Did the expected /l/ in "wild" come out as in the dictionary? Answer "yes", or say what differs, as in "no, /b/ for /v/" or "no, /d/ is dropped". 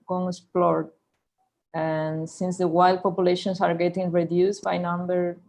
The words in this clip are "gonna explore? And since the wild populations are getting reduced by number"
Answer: yes